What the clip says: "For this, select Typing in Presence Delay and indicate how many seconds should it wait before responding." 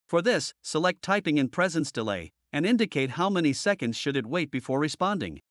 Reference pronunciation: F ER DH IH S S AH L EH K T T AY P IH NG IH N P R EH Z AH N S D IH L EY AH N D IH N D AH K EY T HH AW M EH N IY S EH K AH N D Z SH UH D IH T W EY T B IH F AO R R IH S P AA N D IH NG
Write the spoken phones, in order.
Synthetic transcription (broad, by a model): F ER DH IH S S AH L EH K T T AY P IH NG IH N P R EH Z AH N S D IH L EY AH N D IH N D AH K EY T HH AW M EH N IY S EH K AH N D Z SH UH D IH T W EY T B IH F AO R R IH S P AA N D IH NG